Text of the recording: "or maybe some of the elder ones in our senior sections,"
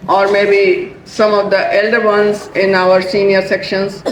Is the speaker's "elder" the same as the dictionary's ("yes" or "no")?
yes